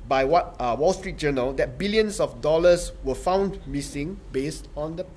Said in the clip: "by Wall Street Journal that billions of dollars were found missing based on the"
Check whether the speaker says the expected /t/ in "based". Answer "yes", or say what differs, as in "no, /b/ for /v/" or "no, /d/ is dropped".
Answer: yes